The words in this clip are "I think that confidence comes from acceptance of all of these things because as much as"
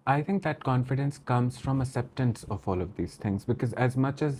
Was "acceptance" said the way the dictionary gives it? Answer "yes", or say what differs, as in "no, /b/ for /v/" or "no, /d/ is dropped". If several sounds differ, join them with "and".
no, /k/ is dropped